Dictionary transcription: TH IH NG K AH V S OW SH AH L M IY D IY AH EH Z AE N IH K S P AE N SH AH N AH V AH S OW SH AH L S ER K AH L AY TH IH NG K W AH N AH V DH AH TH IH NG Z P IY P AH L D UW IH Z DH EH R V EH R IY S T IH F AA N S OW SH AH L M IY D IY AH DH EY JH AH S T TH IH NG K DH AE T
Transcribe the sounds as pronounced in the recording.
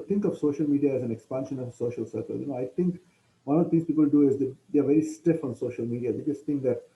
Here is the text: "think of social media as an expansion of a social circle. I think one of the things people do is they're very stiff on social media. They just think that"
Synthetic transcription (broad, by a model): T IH NG K AH V S OW SH AH L M IY D IY AH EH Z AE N IH K S P AE N SH AH N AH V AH S OW SH AH L S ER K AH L AY T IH NG K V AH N AH V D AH T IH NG S P IY P AH L D UW IH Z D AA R V EH R IY S T IH F AA N S OW SH AH L M IY D IY AH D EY JH AH S T T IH NG K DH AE T